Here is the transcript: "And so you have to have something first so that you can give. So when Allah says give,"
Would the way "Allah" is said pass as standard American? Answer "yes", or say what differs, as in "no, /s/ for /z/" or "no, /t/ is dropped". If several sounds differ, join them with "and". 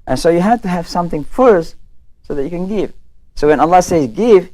yes